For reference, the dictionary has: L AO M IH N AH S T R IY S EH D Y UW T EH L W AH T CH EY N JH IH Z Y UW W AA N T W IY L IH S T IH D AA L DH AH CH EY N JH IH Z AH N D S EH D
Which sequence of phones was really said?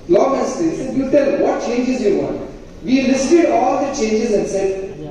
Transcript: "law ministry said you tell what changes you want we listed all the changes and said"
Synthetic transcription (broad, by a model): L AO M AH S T IY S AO Y UW T EH L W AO T CH EY N JH IH Z Y UW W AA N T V IY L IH S T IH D AA L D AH CH EY N JH IH Z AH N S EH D